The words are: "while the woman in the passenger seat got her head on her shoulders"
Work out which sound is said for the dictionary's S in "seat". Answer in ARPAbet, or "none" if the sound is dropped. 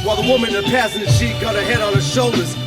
SH